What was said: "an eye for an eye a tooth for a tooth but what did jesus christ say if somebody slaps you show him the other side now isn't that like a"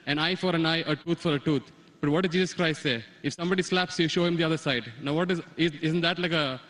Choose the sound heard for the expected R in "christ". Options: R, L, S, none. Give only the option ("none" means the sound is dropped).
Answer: R